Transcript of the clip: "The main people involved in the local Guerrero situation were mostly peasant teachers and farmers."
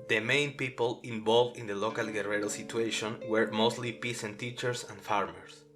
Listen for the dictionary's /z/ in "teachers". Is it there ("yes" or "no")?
no